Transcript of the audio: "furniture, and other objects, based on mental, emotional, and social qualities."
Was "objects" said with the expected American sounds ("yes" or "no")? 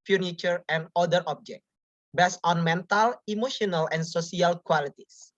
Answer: no